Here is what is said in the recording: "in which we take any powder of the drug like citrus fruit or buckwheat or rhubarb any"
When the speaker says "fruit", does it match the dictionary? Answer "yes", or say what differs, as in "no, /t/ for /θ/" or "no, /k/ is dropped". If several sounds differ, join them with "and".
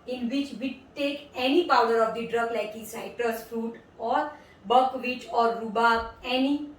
yes